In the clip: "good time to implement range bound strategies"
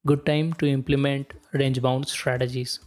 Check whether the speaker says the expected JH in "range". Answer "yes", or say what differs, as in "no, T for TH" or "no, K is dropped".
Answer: yes